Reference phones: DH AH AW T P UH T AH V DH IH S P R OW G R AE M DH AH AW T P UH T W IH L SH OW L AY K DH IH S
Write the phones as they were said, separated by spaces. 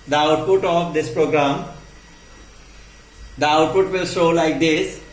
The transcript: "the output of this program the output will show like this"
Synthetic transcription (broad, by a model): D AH AW T P UH T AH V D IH S P R OW G R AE M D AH AW T P UH T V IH L S OW L AY K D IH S